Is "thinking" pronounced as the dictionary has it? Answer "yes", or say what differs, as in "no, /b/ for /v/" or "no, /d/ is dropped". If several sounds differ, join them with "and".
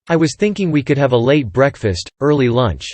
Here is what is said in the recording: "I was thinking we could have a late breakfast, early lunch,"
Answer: yes